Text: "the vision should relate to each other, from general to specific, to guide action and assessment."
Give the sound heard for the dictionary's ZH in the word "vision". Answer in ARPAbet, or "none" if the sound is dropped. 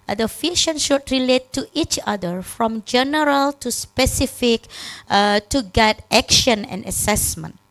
SH